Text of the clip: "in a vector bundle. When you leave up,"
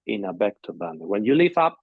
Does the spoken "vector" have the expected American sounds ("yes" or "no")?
no